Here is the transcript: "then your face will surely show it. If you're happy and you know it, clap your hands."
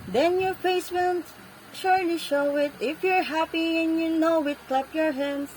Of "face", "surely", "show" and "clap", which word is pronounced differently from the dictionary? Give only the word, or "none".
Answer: none